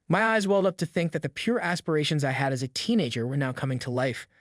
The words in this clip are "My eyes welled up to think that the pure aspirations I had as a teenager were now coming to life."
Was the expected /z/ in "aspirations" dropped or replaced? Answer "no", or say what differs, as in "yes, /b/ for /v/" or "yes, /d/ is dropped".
no